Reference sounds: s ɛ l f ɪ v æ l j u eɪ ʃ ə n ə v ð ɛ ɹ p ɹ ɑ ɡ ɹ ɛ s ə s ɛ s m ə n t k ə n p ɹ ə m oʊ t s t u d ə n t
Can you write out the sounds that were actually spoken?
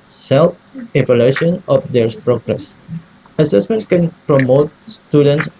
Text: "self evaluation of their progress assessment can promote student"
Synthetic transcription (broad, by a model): s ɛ l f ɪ p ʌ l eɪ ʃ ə n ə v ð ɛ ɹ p ɹ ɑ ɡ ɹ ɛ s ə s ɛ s m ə n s k ə n p ɹ ə m oʊ t s t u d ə n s